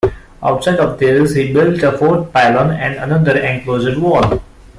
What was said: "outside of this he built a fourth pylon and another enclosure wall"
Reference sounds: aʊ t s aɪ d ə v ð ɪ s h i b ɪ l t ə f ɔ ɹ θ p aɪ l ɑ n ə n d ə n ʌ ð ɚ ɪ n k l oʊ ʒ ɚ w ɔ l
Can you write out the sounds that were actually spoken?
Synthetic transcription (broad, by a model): aʊ t s aɪ d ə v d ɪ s h i b ɪ l t ə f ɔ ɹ t p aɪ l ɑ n ə n d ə n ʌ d ɚ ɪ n k l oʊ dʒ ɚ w ɔ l